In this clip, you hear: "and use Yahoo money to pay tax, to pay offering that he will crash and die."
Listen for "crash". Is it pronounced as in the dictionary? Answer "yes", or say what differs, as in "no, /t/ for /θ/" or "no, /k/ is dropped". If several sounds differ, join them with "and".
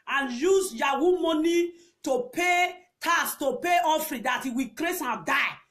no, /s/ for /ʃ/